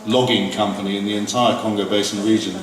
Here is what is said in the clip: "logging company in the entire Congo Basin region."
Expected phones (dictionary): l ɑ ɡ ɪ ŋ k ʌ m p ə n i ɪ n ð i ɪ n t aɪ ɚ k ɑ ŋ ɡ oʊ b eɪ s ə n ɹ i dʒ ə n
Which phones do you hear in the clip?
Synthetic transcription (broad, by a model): l ɑ ɡ ɪ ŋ k ʌ m p ə n i ɪ n ð i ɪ n t aɪ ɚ k ɑ ŋ ɡ oʊ b eɪ s ə n ɹ i dʒ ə n